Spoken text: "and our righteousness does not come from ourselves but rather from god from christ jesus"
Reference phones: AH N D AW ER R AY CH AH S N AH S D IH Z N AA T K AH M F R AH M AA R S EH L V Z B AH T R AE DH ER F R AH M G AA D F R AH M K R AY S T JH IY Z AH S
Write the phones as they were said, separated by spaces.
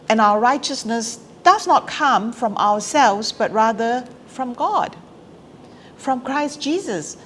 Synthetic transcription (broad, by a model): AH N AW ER R AY CH AH S N AH S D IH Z N AA T K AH M F R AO M AA W S EH L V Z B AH T R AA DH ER F R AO M G AA D F R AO M K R AY S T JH IY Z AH S